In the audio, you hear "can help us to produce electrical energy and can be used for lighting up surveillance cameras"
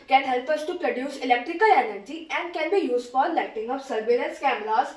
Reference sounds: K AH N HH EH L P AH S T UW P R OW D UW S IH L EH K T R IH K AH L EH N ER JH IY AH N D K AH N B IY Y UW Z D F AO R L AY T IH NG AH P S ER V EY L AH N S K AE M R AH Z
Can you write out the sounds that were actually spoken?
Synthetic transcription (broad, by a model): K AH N HH EH L P AH S T UW P R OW D UW S IH L EH K T R IH K AH L EH N ER JH IY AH N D K AH N B IY Y UW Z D F AO R L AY T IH NG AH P S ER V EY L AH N S K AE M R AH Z